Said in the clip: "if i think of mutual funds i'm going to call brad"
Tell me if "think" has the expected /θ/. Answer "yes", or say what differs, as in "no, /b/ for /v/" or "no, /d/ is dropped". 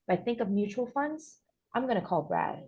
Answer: yes